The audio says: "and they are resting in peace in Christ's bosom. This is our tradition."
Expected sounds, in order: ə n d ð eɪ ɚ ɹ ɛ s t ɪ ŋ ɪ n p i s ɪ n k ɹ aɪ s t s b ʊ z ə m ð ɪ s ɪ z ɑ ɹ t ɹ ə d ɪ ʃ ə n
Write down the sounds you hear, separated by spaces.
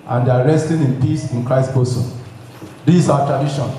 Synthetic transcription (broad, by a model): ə n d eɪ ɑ ɹ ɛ s t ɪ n ɪ n p i s ɪ n k ɹ aɪ s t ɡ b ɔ s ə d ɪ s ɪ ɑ t ɹ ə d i ʃ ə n